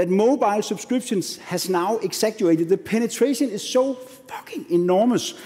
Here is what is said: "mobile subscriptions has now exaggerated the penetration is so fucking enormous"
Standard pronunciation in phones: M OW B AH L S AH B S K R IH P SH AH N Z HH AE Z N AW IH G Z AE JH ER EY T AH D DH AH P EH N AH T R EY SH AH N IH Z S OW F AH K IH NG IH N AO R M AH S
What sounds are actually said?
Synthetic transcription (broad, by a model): M OW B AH L S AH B S K R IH B SH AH N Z HH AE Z N AW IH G S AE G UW EY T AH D DH AH P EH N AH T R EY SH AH N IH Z S OW F AH K IH NG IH N AO M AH S